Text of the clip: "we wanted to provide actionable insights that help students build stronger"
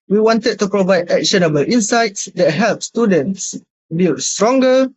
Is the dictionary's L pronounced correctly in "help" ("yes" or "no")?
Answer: yes